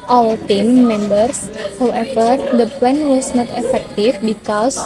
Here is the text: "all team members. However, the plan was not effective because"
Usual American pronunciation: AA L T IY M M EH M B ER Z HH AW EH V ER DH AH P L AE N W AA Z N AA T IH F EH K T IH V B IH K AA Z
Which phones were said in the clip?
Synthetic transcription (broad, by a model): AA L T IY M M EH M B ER S HH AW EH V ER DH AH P EH N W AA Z N AA T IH F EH K T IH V B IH K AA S